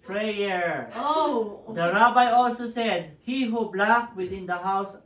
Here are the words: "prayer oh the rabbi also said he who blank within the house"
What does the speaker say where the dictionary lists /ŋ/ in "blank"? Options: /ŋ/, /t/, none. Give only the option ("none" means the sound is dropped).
none